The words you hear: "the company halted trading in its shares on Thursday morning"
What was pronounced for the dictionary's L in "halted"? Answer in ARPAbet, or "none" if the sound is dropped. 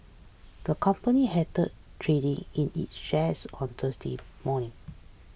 none